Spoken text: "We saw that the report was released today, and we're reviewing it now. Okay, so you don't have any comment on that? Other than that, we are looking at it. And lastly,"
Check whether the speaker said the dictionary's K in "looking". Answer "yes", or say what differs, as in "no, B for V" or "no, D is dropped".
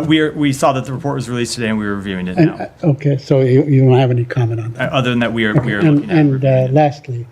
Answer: no, K is dropped